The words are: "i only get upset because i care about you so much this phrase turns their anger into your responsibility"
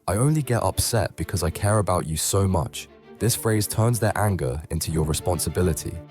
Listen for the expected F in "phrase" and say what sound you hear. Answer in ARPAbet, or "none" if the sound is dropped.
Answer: F